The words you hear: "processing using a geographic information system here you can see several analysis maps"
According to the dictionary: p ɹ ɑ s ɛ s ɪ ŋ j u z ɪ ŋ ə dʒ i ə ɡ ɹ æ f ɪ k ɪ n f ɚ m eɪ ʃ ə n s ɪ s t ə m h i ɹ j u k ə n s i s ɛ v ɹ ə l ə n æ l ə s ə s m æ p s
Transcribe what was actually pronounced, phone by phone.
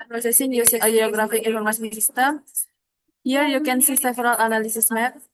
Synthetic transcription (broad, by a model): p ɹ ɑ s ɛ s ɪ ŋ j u s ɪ ə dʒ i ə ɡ ɹ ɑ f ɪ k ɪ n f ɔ m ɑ s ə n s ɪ s t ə m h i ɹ j u k ə n s i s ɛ f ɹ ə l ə n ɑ l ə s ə s m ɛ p